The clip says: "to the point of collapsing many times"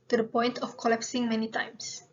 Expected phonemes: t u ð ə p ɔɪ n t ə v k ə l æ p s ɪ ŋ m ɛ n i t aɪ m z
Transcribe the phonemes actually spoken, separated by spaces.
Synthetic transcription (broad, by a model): t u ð ə p ɔɪ n t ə f k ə l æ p s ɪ ŋ m ɛ n i t aɪ m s